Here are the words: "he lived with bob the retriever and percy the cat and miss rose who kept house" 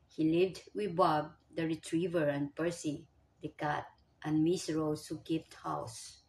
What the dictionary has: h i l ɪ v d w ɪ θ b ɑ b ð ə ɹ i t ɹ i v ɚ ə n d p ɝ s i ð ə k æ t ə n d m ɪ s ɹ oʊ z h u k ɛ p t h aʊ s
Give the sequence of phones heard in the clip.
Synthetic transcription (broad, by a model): h i l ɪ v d w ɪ b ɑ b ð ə ɹ i t ɹ i v ɚ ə n p ɝ s i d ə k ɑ t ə n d m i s ɹ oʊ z h u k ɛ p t h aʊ s